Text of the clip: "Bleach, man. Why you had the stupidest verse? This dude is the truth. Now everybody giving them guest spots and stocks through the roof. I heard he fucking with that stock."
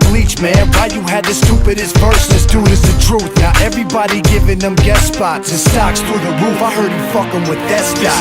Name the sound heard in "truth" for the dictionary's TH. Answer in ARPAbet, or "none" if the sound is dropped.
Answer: TH